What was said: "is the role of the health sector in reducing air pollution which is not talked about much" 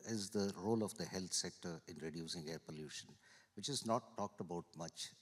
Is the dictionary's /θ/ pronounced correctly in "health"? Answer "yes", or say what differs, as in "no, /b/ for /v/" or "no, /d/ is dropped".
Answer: no, /t/ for /θ/